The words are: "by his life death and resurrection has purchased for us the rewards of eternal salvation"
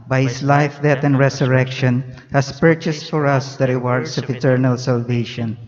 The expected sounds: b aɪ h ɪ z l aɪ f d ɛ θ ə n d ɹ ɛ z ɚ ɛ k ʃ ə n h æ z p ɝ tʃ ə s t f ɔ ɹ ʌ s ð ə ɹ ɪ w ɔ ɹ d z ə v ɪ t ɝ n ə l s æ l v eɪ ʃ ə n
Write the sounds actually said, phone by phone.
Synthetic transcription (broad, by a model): b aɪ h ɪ s l aɪ f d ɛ t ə n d ɹ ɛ s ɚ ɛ k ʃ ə n h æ s p ɝ tʃ ə s t f ɔ ɹ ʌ s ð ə ɹ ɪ w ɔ ɹ d s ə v ɪ t ɝ n ə l s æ l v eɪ ʃ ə n